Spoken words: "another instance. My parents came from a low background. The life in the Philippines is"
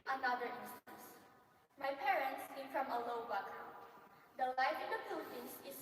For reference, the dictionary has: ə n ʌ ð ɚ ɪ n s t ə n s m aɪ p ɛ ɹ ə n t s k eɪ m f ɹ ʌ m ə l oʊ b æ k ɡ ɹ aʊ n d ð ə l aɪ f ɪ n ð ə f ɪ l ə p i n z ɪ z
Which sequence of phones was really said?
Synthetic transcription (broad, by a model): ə n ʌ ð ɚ ɪ n s t ə n s m aɪ p ɛ ɹ ə n t s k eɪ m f ɹ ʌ m ə l oʊ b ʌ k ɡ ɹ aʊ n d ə l aɪ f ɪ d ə p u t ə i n s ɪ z